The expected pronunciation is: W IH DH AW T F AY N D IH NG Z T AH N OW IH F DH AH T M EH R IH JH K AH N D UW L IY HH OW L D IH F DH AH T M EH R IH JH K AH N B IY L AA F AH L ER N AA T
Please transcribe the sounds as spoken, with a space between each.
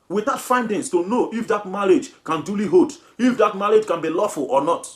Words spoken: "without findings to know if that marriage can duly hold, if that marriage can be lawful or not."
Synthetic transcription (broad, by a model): W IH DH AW T F AY N D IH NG S T AH N OW IH F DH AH T M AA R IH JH K AH N D UW L IY HH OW D IH F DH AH T M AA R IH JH K AH N B IY L AA F AH L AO N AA T